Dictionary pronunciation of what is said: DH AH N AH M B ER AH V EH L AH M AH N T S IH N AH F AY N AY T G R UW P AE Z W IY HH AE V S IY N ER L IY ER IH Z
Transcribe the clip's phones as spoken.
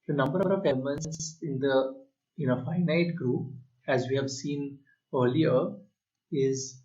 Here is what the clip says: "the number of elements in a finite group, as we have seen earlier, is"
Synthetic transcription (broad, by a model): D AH N AH M B ER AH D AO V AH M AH N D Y IH N AH F AY N AY T G R UW P AE Z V IY HH AE V S IY N ER L IY ER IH Z